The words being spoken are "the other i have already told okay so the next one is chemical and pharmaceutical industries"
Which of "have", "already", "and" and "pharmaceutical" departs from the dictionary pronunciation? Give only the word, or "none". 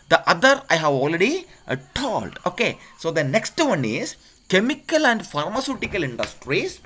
none